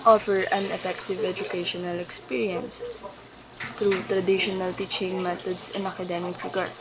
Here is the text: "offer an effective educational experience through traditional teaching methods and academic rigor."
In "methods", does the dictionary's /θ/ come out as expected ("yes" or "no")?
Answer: no